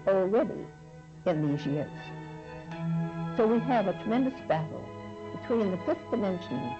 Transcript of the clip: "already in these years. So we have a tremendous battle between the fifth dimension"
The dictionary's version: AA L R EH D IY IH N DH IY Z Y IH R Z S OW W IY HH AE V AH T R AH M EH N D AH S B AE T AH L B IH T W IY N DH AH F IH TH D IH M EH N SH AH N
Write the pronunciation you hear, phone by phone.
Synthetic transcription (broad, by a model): L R EH D IY IH N DH IY Z Y IH R Z S OW W IY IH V AH T R AH M EH N D AH S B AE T L B IH T W IY N DH AH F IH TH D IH M EH N SH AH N